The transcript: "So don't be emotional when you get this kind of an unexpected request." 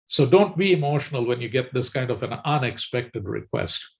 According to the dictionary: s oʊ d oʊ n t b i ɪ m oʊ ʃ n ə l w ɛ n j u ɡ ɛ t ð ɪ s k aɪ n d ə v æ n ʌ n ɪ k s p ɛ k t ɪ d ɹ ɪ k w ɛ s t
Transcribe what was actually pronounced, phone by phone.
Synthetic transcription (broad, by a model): s oʊ d oʊ n t b i ɪ m oʊ ʃ n ə l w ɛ n j u ɡ ɛ t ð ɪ s k aɪ n d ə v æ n ʌ n ɪ k s p ɛ k t ɪ d ɹ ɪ k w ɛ s t